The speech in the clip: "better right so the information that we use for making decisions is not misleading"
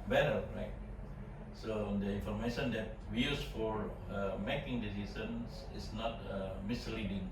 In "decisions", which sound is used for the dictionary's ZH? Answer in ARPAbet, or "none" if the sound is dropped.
S